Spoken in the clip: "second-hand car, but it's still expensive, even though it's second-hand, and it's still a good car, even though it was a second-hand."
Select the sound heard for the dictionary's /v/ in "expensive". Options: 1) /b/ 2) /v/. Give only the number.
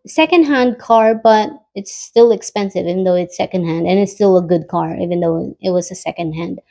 2